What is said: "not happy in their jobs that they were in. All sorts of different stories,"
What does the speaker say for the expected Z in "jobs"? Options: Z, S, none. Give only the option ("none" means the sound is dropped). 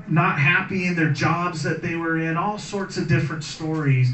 Z